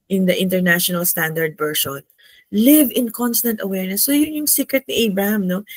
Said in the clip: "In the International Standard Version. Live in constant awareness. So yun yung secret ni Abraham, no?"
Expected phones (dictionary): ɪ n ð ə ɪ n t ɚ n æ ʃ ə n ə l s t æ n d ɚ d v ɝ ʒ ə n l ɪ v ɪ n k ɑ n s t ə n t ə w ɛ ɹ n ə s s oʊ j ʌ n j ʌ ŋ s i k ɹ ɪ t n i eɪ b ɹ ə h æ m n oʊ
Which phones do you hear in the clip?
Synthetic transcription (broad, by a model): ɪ n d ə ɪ n t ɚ n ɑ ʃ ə n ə l s t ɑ n d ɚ d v ɝ ʃ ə n l ɪ v ɪ n k ɑ n s t ə n t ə w ɛ ɹ n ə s s oʊ j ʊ n j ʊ ŋ s i k ɹ ɪ t n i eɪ b ɹ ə h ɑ m n oʊ